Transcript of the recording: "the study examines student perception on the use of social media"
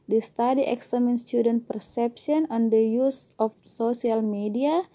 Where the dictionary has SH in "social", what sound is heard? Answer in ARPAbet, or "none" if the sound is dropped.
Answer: S